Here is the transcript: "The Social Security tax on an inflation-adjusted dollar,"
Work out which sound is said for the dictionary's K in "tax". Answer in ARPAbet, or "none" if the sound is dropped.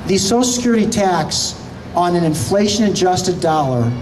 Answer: K